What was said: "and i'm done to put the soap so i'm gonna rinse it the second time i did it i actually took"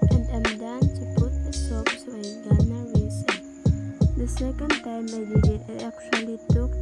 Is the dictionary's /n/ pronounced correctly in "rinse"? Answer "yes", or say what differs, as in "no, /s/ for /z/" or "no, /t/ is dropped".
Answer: no, /n/ is dropped